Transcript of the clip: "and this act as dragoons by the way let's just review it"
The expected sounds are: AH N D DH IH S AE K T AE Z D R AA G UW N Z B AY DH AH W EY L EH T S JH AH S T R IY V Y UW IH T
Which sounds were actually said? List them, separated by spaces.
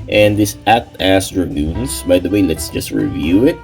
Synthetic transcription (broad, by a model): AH N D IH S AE T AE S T R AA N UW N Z B AY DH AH W EY L EH T S JH AH S T R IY V Y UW IH T